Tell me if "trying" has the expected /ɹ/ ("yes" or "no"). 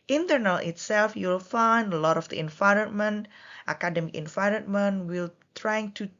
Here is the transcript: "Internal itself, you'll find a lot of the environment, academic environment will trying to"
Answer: yes